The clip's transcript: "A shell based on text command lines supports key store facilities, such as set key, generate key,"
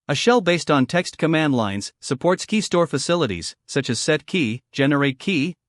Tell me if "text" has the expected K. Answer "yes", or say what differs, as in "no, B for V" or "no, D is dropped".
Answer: yes